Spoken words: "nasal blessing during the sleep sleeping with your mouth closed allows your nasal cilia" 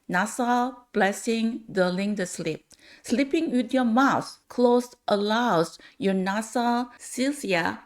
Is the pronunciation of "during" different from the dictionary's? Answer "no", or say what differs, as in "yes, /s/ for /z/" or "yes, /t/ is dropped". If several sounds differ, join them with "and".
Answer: yes, /l/ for /ɹ/